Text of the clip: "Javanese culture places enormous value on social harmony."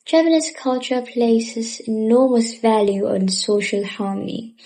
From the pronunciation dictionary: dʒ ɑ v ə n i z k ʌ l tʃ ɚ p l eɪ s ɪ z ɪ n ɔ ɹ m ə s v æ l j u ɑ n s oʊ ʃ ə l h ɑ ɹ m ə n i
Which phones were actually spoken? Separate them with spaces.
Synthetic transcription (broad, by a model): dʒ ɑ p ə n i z k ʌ l tʃ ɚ p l eɪ s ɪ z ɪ n ɔ m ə s v æ l j u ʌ n s oʊ ʃ ə l h ɑ m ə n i